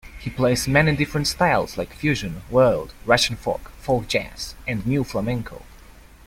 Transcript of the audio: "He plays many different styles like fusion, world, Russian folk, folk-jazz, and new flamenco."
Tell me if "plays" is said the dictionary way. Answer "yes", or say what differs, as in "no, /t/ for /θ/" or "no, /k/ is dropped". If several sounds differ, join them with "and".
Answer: no, /s/ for /z/